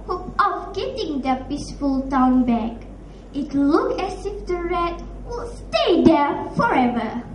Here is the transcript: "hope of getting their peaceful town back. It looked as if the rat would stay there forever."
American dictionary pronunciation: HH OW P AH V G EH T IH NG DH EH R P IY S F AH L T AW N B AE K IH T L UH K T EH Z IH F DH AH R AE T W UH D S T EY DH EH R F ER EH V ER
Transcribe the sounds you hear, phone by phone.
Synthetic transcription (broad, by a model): HH OW P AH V G EH T IH NG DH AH P IY S F AH L T AW N B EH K IH T L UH K EH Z IH F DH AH R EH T W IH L S T EY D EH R F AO EH V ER